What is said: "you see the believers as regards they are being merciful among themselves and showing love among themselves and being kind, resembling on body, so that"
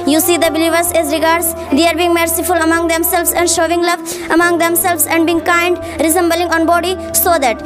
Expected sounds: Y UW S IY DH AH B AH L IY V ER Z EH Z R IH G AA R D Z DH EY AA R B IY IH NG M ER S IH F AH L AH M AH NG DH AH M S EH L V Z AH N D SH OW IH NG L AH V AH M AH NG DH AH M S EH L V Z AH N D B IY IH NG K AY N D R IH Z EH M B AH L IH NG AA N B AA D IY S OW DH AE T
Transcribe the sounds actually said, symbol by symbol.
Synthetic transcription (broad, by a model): Y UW S IY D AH B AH L IY V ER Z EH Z R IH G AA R D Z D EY AA R B IY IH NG M ER S IH F AH L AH M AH NG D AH M S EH L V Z AH N D SH OW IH NG L AH V AH M AH NG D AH M S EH L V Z AH N D B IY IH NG K AY N D R IH Z EH M B AH L IH NG AA N B AA D IY S OW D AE T